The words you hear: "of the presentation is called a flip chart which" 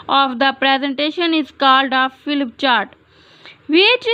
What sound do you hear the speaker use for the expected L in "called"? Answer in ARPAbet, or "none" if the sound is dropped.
L